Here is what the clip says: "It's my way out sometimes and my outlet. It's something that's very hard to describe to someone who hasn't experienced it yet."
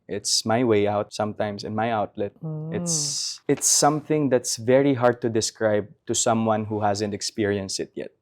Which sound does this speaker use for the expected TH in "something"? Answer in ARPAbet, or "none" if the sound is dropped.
TH